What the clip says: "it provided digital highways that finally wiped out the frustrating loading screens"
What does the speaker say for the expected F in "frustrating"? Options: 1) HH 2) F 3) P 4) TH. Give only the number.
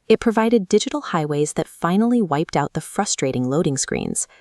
2